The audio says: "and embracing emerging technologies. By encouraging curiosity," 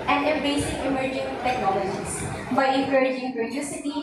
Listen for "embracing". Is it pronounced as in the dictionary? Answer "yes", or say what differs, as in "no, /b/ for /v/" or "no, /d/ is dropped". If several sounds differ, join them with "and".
no, /m/ is dropped and /ɹ/ is dropped